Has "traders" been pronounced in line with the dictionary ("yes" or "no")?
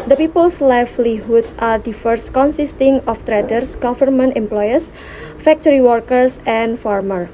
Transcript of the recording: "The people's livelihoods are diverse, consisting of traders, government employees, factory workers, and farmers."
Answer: no